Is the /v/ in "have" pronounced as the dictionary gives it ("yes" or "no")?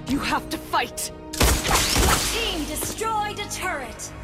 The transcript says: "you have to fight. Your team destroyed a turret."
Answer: no